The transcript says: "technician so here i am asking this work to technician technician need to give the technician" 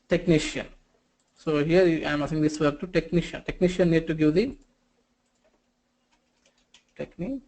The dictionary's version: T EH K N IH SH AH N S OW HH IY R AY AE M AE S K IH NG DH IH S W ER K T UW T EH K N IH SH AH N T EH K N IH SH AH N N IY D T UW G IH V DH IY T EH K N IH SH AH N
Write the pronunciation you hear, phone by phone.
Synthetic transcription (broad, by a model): T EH K N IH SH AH N S OW HH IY R AY M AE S IH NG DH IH S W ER T UW T EH K N IH SH AH N T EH K N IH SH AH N N IY D T UW G IH V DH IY T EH K N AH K